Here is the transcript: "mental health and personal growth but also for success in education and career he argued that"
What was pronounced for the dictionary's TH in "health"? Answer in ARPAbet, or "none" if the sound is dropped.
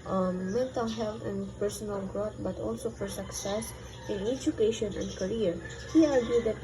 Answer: T